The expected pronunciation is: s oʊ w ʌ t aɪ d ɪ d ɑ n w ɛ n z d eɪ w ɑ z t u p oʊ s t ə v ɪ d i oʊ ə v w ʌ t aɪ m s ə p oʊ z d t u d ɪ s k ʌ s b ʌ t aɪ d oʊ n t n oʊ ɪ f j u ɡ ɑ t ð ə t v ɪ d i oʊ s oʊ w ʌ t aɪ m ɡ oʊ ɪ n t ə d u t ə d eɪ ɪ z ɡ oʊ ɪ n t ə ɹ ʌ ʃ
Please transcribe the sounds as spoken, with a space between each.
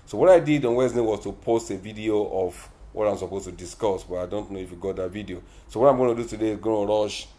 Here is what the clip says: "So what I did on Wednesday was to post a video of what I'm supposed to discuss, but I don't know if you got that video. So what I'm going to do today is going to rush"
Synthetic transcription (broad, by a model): s oʊ w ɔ t aɪ d ɪ d ɑ n w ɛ z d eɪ w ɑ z t u p oʊ s t ə v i d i oʊ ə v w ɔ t aɪ m s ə p oʊ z t u d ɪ s k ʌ s b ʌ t aɪ d oʊ n t n oʊ ɪ f j u ɡ ɑ t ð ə t v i d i oʊ s oʊ w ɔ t aɪ m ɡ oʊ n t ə d u t ə d eɪ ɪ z ɡ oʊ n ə ɹ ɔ ʃ